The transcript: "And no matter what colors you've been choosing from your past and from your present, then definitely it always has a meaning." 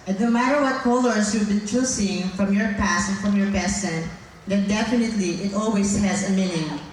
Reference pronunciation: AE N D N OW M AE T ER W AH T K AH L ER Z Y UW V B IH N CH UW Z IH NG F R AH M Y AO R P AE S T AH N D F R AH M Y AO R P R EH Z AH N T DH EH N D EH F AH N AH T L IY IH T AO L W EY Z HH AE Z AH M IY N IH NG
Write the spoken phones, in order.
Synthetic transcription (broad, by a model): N N OW M AE T ER W AH T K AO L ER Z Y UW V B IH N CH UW S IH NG F R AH M Y AO R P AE S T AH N F R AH M Y AO R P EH S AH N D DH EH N D EH F AH N AH T L IY IH T AO L W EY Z HH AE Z AH M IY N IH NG